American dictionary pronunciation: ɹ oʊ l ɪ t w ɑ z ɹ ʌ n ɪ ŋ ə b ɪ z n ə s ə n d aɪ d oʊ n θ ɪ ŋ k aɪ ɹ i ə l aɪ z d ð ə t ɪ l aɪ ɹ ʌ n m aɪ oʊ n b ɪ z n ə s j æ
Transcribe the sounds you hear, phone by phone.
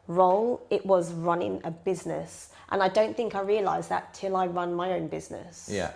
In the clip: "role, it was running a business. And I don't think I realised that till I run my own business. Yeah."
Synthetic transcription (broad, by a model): ɹ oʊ l ɪ t w ɑ z ɹ ʌ n ɪ ŋ ə b ɪ z n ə s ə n aɪ d oʊ n θ ɪ ŋ k aɪ ɹ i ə l aɪ z ð ə t ɪ l aɪ ɹ ʌ n m aɪ oʊ n b ɪ z n ə s j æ